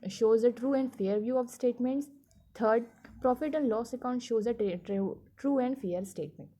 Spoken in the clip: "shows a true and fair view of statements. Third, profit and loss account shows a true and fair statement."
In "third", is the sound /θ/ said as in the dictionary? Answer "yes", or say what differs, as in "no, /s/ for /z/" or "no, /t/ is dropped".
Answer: no, /t/ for /θ/